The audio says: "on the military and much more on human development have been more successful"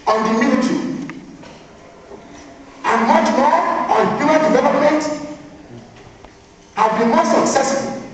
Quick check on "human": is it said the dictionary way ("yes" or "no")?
no